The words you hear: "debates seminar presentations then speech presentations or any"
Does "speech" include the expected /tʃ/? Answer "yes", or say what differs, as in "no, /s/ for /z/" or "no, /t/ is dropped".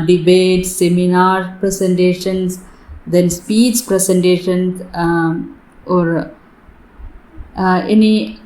no, /s/ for /tʃ/